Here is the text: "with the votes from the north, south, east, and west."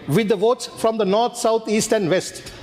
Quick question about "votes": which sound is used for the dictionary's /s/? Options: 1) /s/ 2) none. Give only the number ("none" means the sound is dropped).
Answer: 1